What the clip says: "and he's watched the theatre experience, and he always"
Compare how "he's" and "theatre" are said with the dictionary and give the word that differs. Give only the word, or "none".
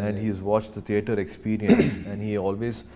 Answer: theatre